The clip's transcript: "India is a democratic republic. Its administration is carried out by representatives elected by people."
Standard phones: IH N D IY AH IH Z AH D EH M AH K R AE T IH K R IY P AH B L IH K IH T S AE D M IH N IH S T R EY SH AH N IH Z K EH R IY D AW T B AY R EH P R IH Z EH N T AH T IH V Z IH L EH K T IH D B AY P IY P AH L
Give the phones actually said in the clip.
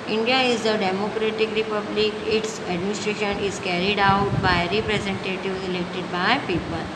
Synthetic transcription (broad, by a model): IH N D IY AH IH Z AH D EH M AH K R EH T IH K R IY P AH B L IH K IH T S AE D M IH N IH S T R EY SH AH N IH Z K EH R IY D AW T B AY R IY P R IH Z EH N T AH T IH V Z IH L EH K T IH D B AY P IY P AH L